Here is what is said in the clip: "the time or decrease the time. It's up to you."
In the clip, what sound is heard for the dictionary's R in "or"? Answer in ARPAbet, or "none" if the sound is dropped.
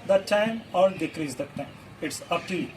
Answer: L